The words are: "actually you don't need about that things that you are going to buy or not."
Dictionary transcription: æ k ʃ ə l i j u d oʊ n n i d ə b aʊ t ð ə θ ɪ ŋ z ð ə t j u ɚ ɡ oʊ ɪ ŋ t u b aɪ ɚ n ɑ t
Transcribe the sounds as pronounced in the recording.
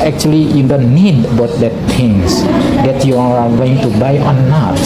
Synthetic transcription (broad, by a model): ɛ k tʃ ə l i j u d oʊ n n i d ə b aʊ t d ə t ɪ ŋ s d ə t j u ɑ ɡ oʊ ɪ ŋ t u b aɪ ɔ n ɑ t